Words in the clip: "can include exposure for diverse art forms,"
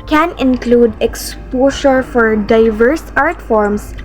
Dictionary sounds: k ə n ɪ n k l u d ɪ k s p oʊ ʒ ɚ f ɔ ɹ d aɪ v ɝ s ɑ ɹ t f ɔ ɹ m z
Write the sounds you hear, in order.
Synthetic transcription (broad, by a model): k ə n ɪ n k l u d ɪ k s p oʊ ʃ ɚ f ɔ ɹ d aɪ v ɝ s ɑ ɹ t f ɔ ɹ m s